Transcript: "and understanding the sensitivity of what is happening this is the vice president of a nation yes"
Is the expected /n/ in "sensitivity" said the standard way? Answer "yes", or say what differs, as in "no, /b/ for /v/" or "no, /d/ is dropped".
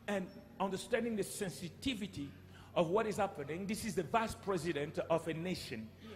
yes